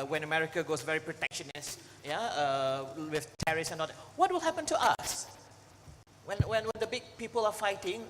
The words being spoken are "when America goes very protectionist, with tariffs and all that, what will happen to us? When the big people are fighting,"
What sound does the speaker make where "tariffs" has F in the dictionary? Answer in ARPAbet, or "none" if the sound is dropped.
none